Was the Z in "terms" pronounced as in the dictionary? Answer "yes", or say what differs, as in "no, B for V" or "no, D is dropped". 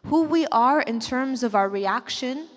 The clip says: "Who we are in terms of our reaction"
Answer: yes